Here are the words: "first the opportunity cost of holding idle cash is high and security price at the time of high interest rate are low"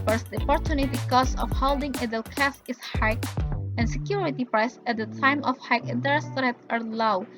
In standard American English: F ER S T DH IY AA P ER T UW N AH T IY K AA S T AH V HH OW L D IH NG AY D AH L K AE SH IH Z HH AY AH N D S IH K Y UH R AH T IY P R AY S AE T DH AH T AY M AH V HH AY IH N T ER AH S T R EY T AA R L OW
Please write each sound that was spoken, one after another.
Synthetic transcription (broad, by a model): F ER S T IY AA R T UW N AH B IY K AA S AH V HH OW L D IH NG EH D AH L K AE S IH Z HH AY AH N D S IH K Y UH R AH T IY P R AY S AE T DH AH T AY M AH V HH AY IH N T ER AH S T R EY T AA R L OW